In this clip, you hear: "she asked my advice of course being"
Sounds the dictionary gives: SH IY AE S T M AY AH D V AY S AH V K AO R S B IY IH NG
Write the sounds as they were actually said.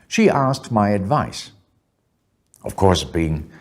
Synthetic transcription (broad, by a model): SH IY AE S T M AY AH D V AY S AH V K AO R S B IY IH NG